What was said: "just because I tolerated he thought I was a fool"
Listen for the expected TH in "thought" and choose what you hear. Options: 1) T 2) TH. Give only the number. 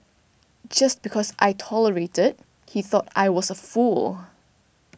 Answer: 2